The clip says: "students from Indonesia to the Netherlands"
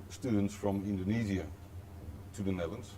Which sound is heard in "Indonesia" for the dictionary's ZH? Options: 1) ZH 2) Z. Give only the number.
2